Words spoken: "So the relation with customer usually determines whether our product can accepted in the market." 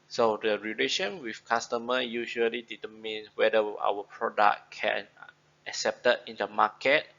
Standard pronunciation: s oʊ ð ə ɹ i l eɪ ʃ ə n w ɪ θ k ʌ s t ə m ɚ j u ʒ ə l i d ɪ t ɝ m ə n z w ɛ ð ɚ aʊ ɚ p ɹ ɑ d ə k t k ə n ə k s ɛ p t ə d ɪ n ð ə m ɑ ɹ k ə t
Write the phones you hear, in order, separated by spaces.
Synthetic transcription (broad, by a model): s oʊ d ə ɹ i l eɪ ʃ ə n w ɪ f k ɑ s t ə m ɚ j u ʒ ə l i d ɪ t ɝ m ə n w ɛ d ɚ aʊ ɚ p ɹ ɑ d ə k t k ə n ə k s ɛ p t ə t ɪ n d ə m ɑ k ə t